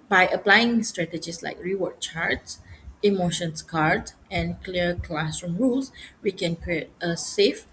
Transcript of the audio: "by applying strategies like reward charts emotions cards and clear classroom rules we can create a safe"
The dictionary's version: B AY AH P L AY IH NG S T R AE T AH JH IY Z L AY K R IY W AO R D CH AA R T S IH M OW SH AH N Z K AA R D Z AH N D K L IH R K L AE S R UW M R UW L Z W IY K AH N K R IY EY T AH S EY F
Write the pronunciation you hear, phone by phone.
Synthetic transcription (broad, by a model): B AY AH P L AY IH NG S T R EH T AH JH IY S L AY K R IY W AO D CH AA R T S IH M OW SH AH N S K AA R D AH N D K L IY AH K L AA S R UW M R UW L S W IY K AH N K R IY EY T AH S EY F